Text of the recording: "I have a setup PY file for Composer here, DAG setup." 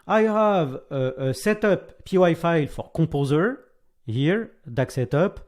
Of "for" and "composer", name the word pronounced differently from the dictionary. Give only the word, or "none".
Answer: composer